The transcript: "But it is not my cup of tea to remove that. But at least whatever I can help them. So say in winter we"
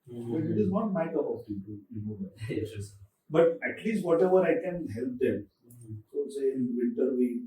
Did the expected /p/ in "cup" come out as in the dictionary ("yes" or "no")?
no